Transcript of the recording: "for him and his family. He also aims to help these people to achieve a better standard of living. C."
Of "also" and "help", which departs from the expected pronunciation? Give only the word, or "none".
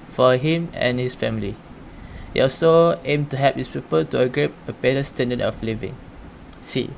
help